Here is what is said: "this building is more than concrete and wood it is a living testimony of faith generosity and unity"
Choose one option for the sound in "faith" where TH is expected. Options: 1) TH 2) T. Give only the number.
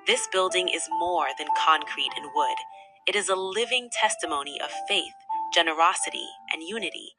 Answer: 1